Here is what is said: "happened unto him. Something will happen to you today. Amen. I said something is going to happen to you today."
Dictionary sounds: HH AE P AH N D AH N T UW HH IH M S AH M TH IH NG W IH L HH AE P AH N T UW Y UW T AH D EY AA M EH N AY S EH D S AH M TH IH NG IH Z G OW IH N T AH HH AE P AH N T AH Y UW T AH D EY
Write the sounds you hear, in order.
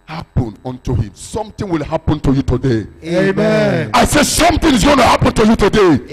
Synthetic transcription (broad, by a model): HH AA P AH N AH N T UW HH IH M S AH M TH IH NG W IH L HH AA P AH N T UW Y UW T AH D EY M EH AY S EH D S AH M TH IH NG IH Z G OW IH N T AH HH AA P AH N T AH Y UW T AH D EY